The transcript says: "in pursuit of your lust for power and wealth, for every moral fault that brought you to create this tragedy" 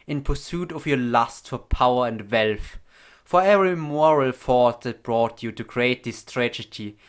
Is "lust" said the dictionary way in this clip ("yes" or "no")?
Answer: yes